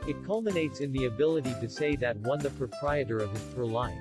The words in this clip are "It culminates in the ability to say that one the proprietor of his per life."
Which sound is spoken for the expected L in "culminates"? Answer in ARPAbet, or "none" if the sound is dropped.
L